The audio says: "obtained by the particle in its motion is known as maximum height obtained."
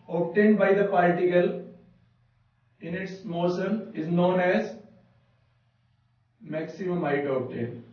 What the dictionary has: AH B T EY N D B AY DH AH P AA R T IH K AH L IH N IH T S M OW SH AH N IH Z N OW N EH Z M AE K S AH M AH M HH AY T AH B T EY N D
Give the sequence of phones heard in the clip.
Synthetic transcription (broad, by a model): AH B T EY N D B AY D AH P AA R T IH K AH L IH N IH T S M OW S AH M IH Z N OW N EH Z M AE K S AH M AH M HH AY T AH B T EY N D